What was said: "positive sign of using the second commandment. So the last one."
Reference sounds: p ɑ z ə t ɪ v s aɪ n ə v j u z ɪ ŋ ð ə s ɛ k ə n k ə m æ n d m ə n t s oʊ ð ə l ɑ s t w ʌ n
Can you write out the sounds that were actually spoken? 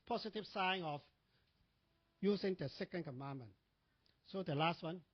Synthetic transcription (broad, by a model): p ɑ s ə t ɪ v s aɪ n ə f j u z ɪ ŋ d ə s ɛ k ə n k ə m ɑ n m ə n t s oʊ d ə l ɑ s t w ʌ n